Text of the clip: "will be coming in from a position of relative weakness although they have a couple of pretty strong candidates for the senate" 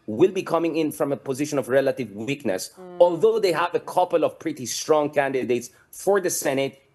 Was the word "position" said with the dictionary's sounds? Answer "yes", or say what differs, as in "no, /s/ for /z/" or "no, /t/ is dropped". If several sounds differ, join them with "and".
yes